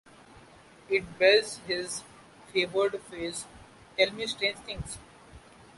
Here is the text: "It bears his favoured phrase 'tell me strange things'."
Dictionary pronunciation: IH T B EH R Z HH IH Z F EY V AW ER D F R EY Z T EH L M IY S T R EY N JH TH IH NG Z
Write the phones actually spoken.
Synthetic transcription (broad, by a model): IH T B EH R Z HH IH Z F EY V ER D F EY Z T EH L M IY S T R EY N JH T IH NG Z